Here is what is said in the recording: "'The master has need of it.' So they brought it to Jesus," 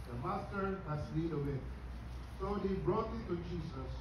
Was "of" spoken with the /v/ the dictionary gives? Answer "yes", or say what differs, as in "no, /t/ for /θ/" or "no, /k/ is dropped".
no, /w/ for /v/